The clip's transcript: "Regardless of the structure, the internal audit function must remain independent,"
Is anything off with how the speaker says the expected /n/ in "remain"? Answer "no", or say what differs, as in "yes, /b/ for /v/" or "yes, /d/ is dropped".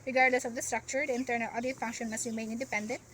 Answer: yes, /n/ is dropped